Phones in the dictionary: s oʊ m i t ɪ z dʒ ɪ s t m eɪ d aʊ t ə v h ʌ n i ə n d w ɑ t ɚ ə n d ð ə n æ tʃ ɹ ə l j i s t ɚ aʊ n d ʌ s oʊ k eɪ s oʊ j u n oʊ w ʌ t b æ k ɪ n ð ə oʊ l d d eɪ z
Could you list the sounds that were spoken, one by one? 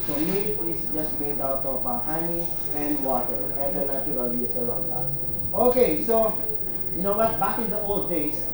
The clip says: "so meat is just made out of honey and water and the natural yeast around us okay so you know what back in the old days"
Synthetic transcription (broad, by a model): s oʊ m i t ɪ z dʒ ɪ s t m eɪ d aʊ t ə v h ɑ n i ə n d w ɑ t ɚ ə n d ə n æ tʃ ɹ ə l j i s ɚ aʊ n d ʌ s oʊ k eɪ s oʊ j u n oʊ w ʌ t b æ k ɪ n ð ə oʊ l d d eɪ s